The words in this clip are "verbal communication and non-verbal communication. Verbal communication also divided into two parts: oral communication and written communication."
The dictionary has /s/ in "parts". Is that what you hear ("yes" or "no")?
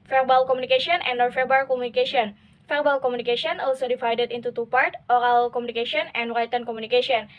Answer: no